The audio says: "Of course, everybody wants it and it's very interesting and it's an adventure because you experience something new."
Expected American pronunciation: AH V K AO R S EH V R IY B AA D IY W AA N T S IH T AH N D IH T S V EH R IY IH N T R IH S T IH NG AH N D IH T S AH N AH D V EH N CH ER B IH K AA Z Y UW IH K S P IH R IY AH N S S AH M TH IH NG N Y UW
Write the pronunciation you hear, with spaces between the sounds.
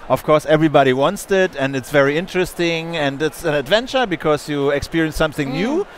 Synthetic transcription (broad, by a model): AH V K AO R S EH V R IY B AA D IY W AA N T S IH T AH N D IH T S V EH R IY IH N T R IH S T IH NG AH N D IH T S AH N AH D V EH N CH ER B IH K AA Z Y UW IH K S P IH R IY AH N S S AH M TH IH NG N Y UW